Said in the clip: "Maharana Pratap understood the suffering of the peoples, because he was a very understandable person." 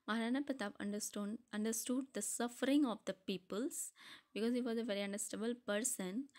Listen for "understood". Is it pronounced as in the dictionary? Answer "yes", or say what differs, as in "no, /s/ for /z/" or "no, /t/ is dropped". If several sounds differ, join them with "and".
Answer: yes